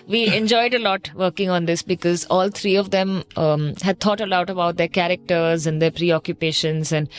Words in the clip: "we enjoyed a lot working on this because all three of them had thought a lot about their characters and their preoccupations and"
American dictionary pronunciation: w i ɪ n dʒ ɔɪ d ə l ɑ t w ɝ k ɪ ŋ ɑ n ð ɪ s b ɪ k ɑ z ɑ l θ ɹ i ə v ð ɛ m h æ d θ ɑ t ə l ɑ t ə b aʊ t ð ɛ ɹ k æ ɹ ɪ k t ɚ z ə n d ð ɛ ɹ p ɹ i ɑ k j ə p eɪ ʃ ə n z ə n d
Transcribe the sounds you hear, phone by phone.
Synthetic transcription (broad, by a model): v i ɪ n dʒ ɔɪ d ə l ɑ t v ɝ k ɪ ŋ ɑ n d ɪ s b ɪ k ɑ z ɑ l t ɹ i ə v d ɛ m h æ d t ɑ t ə l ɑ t ə b aʊ t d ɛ ɹ k æ ɹ ɪ k t ɚ z ə n d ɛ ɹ p ɹ i ɑ k j ə p eɪ ʃ ə n z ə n d